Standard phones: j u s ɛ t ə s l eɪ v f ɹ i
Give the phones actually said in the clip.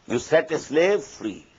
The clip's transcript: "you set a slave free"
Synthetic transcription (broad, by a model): j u s ɛ t ə s l eɪ v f ɹ i